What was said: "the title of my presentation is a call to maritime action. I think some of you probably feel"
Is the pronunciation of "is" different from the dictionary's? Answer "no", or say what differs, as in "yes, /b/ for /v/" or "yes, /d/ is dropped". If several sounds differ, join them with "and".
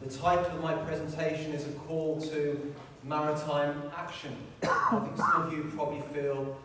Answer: no